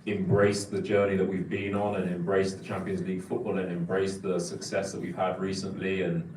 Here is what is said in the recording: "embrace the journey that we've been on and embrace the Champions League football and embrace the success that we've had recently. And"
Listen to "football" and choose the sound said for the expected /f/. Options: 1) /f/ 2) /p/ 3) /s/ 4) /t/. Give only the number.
1